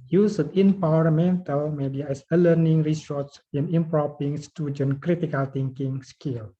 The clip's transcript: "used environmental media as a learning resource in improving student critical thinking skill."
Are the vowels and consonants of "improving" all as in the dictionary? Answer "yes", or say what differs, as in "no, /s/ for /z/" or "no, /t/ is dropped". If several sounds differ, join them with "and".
no, /p/ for /v/